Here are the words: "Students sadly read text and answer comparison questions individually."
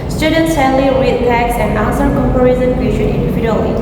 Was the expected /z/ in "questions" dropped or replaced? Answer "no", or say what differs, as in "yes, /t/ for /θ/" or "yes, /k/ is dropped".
yes, /z/ is dropped